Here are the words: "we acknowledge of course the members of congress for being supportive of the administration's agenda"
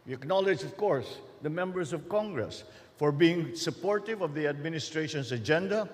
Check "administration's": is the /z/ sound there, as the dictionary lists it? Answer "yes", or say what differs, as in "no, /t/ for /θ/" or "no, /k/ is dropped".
no, /s/ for /z/